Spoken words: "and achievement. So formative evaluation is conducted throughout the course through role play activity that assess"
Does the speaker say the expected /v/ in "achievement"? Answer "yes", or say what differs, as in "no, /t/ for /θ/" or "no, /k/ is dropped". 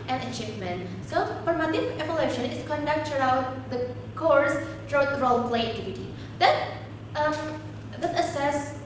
no, /p/ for /v/